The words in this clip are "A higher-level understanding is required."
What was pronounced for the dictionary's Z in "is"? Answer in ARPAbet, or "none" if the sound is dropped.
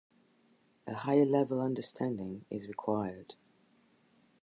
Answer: Z